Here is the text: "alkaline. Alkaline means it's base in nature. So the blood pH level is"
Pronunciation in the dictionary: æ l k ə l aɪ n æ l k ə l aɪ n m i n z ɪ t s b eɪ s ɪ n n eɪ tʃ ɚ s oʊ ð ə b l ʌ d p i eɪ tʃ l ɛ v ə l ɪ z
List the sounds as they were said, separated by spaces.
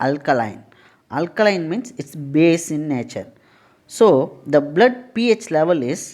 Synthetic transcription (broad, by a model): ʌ l k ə l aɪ n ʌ l k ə l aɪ n m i n s ɪ t s b eɪ s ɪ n n eɪ tʃ ɚ s oʊ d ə b l ʌ d p i eɪ tʃ l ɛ v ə l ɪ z